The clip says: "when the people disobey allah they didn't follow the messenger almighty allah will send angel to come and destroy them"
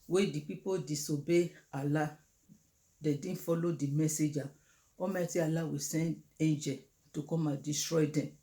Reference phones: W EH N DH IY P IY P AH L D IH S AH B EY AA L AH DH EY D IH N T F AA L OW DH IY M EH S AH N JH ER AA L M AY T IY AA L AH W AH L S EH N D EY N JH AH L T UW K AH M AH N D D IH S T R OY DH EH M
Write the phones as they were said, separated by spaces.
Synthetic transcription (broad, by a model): W EH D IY P IY P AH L D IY S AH B EY AA L AH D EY D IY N F AA L OW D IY M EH S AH JH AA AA M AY T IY AA L AH W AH S EH N D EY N JH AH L T UW K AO M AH N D D IH S T R OY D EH M